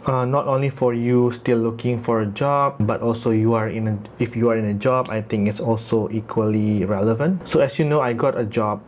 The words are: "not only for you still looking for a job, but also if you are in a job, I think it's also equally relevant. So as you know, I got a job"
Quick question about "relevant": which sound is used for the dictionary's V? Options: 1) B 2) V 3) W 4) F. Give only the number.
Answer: 2